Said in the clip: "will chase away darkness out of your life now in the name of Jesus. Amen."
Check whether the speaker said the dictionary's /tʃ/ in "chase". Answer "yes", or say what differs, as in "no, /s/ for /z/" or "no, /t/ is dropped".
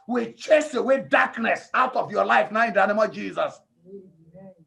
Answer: yes